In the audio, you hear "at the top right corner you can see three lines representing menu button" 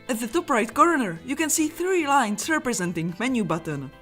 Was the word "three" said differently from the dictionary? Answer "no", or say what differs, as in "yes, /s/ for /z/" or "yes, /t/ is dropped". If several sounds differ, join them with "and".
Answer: no